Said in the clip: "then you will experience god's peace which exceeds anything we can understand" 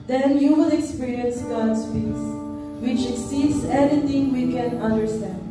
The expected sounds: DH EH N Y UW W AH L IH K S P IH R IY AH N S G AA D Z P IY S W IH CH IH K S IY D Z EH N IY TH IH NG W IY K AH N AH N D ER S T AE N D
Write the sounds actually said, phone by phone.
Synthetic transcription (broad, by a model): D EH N Y UW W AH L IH K S P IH R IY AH N S G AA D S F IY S W IH CH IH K S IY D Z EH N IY T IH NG W IY K AH N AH N D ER S T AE N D